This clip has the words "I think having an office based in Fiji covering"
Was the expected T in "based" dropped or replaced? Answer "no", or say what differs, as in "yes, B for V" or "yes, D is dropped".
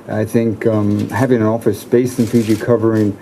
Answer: yes, T is dropped